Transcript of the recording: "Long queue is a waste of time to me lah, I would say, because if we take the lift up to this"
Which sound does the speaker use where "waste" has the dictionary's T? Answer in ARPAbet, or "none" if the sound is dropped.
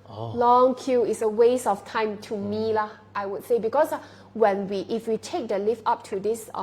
none